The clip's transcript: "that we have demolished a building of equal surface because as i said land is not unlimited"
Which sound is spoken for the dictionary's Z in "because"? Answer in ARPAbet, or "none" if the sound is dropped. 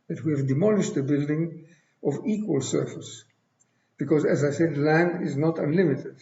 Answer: Z